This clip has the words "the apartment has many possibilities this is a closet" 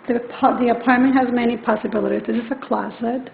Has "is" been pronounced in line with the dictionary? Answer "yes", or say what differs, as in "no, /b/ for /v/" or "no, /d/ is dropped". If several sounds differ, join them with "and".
no, /s/ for /z/